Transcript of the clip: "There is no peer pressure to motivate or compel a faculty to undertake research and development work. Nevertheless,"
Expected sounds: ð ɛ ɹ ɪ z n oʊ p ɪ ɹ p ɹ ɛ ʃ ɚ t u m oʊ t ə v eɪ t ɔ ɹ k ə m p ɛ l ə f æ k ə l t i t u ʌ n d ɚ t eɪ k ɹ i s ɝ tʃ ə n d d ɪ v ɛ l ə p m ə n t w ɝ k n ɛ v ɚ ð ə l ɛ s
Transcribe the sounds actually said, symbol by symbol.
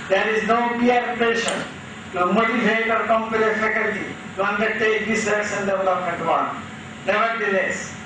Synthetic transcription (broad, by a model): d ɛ ɹ ɪ z n oʊ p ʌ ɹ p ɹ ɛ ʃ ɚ t u m oʊ t ə v eɪ t ɔ ɹ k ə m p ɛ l ə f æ k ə l t i t u ʌ n d ɚ t eɪ k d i s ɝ s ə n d d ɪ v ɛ l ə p m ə n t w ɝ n n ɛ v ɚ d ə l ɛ s